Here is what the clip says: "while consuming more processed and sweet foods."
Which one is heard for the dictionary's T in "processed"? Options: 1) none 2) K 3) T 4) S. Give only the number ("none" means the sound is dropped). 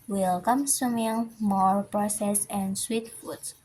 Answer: 1